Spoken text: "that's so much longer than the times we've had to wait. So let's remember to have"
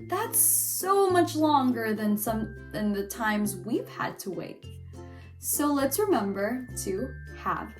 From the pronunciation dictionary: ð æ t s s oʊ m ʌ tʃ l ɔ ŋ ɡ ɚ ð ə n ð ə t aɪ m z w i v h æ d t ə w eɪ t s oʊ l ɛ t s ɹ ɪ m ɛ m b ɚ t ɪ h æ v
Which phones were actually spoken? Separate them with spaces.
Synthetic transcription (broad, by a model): ð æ t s s oʊ m ʌ tʃ l ɔ ŋ ɡ ɚ ð ə n ð ə t aɪ m z w i v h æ d t ə w eɪ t s oʊ l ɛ t s ɹ ɪ m ɛ m b ɚ t ɪ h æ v